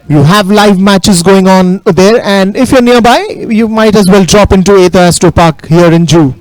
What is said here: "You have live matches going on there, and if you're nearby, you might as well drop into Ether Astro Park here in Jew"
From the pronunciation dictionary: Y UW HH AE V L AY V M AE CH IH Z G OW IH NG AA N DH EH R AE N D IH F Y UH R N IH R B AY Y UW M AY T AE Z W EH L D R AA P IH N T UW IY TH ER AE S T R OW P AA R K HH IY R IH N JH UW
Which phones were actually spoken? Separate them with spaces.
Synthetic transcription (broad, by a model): Y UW HH AE V L AY V M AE CH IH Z G OW IH NG AA N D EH R AE N D IH F Y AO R N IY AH B AY Y UW M AY T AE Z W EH L D R AA P IH N T UW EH T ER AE S T OW P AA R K HH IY R IH N JH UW